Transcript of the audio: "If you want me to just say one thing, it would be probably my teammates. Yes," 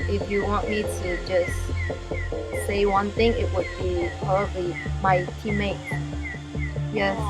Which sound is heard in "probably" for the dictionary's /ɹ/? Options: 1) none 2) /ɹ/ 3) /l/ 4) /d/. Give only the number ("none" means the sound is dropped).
1